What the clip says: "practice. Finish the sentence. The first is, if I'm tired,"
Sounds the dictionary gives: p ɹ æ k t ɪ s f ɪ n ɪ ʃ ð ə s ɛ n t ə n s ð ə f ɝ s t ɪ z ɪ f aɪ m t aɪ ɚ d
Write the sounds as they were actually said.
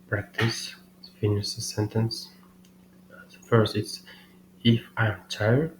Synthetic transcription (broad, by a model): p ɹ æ k t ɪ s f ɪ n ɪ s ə s ɛ n t ə n s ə f ɝ s t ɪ s ɪ f aɪ m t aɪ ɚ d